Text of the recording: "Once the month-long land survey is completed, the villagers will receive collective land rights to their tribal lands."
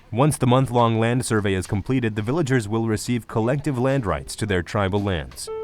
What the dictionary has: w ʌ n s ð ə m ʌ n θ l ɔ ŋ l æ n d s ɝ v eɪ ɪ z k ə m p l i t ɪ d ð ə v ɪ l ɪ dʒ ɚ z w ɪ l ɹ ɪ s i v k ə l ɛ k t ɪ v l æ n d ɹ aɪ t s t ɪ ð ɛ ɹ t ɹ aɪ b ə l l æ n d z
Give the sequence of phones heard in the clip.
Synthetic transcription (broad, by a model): w ʌ n s ð ə m ʌ n θ l ɔ ŋ l æ n d s ɝ v eɪ ɪ z k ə m p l i t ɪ d ð ə v ɪ l ɪ dʒ ɚ z w ɪ l ɹ ɪ s i v k ə l ɛ k t ɪ v l æ n d ɹ aɪ t s t ɪ ð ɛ ɹ t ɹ aɪ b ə l l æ n d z